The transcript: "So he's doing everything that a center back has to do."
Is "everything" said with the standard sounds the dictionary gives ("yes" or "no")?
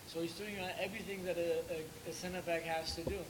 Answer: yes